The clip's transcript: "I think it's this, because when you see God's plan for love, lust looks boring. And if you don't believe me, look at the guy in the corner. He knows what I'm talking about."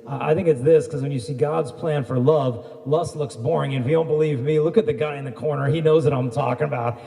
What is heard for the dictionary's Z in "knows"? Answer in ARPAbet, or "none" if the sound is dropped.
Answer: Z